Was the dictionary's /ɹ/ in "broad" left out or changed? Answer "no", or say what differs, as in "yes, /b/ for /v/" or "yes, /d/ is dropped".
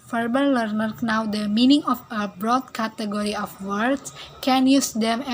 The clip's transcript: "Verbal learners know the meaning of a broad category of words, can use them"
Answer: no